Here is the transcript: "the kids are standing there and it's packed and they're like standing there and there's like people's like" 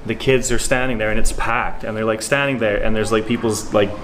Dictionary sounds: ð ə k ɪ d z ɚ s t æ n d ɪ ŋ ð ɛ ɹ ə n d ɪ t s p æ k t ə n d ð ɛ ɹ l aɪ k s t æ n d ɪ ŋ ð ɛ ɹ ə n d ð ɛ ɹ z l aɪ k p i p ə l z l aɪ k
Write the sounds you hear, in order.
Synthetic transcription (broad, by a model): ð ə k ɪ d z ɚ s t æ n d ɪ ŋ ð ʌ ɹ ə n ɪ t s p æ k t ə n ð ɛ ɹ l aɪ k s t æ n d ɪ ŋ ð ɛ ɹ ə n ð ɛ ɹ z l aɪ k p i p l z l aɪ k